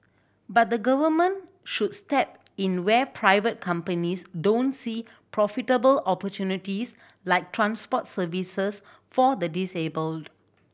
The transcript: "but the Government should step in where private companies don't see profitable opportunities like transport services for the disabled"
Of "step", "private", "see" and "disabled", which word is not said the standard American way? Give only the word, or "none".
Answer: none